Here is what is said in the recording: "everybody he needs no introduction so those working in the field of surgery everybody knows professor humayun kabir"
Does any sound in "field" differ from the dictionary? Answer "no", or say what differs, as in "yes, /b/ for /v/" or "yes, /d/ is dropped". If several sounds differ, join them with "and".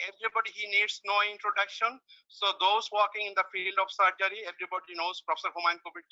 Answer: no